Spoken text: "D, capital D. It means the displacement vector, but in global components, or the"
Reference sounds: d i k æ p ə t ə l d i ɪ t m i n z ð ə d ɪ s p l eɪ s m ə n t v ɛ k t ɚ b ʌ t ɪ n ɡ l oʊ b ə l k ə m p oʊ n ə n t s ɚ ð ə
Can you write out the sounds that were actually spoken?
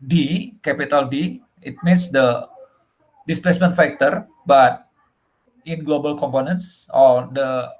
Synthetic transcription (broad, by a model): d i k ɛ p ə t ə l d i ɪ t m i n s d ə d ɪ s p l eɪ s m ə n t f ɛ k t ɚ b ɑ t ɪ n ɡ l oʊ b ə l k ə m p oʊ n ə n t s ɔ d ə